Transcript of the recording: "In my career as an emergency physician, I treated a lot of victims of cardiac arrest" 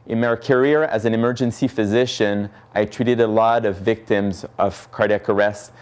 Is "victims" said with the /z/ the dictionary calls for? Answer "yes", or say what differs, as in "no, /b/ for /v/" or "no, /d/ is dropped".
yes